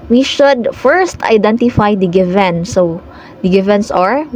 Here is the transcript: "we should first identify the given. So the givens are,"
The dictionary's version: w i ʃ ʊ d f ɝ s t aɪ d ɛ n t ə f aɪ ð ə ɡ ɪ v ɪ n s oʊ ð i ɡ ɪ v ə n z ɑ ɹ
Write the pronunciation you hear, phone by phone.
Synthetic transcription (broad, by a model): w i ʃ ʊ d f ɝ s t aɪ d ɛ n t ə f aɪ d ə ɡ ɪ v ɪ n s oʊ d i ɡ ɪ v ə n s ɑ ɹ